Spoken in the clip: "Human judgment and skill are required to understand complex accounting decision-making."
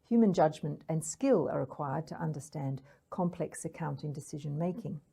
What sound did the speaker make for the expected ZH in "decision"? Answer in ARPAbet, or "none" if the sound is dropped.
ZH